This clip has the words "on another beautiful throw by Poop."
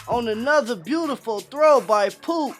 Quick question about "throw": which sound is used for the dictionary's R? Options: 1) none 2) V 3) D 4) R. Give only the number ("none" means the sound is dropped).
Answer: 4